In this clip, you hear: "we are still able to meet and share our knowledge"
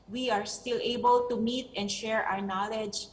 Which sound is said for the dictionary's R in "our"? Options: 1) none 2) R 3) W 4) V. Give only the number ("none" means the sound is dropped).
2